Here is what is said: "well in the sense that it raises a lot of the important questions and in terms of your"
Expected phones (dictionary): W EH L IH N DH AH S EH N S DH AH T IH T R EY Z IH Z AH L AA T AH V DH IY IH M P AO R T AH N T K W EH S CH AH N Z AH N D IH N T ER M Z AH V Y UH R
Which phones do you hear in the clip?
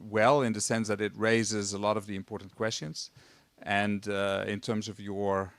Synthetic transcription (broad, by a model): W EH L IH N DH AH S EH N S DH AH T IH T R EY Z IH Z AH L AA T AH V DH IY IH M P AO R T N K W EH S CH AH N Z AH N D IH N T ER M Z AH V Y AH R